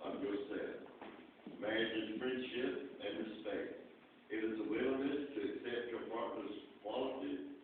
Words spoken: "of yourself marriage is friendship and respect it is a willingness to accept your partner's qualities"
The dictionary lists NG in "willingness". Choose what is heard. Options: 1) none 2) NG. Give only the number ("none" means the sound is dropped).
1